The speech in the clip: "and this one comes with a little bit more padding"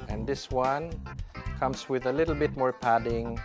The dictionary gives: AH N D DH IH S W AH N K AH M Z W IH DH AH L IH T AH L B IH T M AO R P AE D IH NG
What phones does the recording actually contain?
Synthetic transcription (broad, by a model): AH N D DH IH S W AH N K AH M S W IH DH AH L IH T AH L B IH T M AO R P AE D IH NG